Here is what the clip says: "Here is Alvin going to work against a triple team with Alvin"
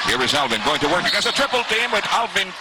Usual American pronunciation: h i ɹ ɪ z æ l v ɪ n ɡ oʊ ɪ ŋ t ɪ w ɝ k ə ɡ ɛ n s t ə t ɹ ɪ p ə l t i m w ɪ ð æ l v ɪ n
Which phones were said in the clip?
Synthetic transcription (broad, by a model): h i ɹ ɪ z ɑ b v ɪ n ɡ oʊ ɪ ŋ t ɪ w ɝ k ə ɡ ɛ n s ə t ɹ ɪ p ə l t i m w ɪ ð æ l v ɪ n